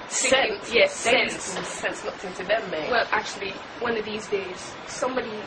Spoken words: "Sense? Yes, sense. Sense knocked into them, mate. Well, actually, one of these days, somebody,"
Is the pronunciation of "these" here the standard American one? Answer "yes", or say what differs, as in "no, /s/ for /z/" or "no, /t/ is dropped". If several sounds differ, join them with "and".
yes